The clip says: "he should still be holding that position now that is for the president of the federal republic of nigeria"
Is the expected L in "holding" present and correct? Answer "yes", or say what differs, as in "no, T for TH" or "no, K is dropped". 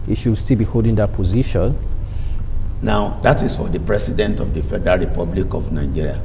yes